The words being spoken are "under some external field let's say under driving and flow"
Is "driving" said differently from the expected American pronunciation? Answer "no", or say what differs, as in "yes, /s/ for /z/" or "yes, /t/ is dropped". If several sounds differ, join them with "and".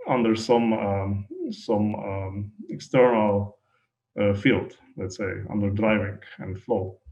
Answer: no